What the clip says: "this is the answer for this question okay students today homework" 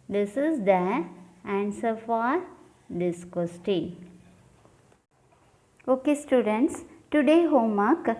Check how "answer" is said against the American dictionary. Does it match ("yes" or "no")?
yes